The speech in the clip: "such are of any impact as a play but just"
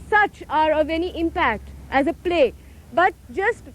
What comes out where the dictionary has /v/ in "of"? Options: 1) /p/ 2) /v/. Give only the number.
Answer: 2